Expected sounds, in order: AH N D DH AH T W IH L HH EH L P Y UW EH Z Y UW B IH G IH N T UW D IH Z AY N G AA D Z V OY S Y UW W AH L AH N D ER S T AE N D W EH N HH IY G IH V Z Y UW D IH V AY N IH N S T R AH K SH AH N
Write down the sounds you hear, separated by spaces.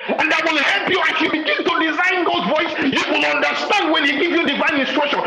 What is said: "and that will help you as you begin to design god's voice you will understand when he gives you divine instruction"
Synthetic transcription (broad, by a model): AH N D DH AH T W IH L HH EH L P Y UW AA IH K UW B IH G IH N T UW D IH Z AY N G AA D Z V OY S Y UW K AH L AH N D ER S T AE N D W EH N HH IY G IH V Y UW D IH V AY N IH N S T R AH K SH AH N